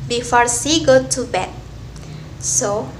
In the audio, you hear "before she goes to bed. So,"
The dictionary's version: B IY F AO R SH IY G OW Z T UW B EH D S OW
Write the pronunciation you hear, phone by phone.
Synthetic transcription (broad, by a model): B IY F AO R S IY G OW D T UW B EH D S OW